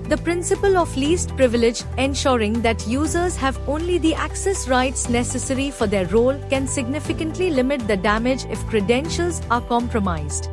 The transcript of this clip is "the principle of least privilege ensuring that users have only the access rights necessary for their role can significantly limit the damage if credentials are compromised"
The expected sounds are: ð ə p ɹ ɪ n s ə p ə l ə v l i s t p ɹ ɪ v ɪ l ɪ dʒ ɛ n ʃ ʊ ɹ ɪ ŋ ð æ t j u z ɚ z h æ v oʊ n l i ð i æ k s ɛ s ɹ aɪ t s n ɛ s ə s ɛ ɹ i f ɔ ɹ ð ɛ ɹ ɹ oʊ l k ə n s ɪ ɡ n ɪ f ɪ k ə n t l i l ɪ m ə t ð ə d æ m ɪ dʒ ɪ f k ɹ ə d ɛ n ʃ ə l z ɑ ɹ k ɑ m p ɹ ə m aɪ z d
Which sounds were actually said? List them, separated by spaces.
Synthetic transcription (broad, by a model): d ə p ɹ ɪ n s ə p ə l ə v l i s t p ɹ ɪ v ɪ l ɪ dʒ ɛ n ʃ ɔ ɹ ɪ ŋ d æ t j u z ɚ z h æ v oʊ n l i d i æ k s ɛ s ɹ aɪ t s n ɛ s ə s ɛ ɹ i f ɔ ɹ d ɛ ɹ ɹ oʊ l k ə n s ɪ ɡ n ɪ f ɪ k ə n t l i l ɪ m ə t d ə d æ m ɪ dʒ ɪ f k ɹ ə d ɛ n ʃ ə l z ɑ ɹ k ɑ m p ɹ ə m aɪ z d